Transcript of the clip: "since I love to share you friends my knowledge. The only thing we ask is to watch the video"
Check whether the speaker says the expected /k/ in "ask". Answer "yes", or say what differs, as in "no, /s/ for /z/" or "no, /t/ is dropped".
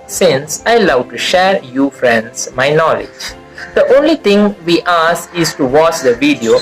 no, /k/ is dropped